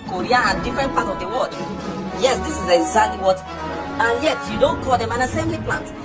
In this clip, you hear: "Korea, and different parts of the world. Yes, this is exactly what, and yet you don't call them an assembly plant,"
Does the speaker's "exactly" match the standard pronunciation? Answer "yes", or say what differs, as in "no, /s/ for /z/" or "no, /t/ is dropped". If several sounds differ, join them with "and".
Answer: no, /k/ is dropped